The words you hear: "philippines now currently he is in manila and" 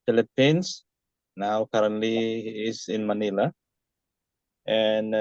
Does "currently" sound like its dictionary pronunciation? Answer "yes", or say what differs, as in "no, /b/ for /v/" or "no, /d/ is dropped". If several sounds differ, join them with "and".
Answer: no, /n/ is dropped and /l/ is dropped